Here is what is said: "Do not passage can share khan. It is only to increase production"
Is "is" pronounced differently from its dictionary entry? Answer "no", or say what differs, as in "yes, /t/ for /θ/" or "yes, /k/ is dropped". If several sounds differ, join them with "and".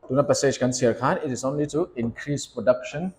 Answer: yes, /s/ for /z/